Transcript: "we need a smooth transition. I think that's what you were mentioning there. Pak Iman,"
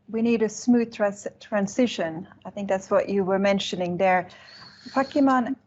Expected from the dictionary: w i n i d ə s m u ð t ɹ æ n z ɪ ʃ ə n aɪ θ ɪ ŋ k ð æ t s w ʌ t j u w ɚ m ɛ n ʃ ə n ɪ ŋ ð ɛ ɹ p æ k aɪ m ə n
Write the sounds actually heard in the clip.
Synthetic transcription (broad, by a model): w i n i d ə s m u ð t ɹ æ n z ɪ ʃ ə n aɪ θ ɪ ŋ k ð æ t s w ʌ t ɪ w ɚ m ɛ n ʃ ə n ɪ ŋ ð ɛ ɹ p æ k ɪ m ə n